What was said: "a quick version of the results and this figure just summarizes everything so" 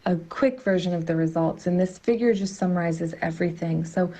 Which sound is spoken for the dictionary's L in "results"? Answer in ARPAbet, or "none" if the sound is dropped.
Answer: L